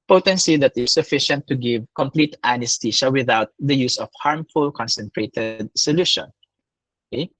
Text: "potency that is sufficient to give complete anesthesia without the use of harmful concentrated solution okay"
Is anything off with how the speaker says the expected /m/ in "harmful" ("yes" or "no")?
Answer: no